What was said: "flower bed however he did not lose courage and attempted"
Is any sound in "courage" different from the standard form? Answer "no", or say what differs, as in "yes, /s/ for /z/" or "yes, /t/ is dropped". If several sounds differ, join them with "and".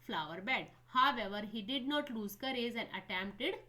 yes, /z/ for /dʒ/